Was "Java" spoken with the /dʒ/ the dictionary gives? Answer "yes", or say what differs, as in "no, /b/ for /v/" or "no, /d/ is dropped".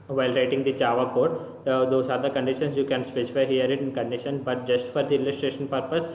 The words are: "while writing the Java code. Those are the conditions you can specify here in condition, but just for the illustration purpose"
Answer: no, /tʃ/ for /dʒ/